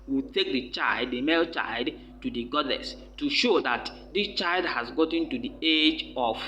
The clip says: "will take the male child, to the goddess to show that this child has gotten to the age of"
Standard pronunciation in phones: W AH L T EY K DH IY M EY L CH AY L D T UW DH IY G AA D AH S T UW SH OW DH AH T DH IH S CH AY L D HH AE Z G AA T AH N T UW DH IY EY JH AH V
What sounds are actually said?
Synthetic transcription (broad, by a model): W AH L T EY K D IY M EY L CH AY L D T UW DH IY G AA D AH S T UW SH OW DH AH T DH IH S CH AY L D HH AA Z G AA T AH N T UW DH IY EY JH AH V